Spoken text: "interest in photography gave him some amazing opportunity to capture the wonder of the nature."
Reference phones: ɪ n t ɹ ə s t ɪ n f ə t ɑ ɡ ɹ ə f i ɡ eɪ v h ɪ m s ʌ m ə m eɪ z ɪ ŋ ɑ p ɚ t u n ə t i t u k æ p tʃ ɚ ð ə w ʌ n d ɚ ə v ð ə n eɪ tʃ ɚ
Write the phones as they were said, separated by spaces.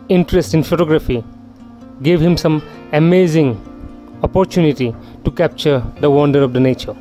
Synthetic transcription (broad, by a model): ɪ n t ɹ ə s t ɪ n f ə t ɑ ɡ ɹ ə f i ɡ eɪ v h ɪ m s ʌ m ə m eɪ z ɪ ŋ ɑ p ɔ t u n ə t i t u k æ p tʃ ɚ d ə w ʌ n d ɚ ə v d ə n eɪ tʃ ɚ